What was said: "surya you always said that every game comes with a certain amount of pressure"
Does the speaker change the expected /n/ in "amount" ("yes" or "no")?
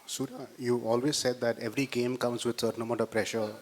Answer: yes